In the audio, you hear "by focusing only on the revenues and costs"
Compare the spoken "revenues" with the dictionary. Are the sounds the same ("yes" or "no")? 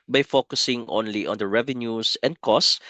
no